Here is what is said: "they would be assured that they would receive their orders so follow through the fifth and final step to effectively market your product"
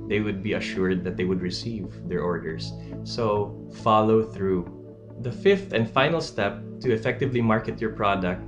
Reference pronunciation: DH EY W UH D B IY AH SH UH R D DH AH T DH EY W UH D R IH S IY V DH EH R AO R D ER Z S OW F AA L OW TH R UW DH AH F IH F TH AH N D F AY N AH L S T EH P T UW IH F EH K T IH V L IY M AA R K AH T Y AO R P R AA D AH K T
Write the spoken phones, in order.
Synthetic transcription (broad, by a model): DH EY W UH D B IY AH SH UH R D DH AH T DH EY W UH D R IH S IY V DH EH R AO R D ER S S OW F AA L OW TH R UW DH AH F IH F T AH N D F AY N AH L S T EH P T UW IH F EH K T IH V L IY M AA R K AH T Y AO R P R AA D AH K T